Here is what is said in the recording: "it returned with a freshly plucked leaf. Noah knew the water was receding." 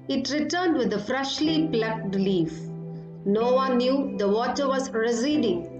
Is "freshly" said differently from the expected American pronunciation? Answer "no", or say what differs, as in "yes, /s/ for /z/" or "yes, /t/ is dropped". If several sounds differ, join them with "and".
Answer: no